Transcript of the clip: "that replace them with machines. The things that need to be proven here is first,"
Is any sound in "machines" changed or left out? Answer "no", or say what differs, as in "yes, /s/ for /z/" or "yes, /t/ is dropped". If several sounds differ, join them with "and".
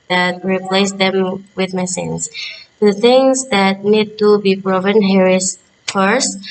yes, /s/ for /ʃ/